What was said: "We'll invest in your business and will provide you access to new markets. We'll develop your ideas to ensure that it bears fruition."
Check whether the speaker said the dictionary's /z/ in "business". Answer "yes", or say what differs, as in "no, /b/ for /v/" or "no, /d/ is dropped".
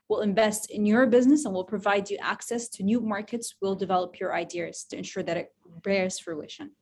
yes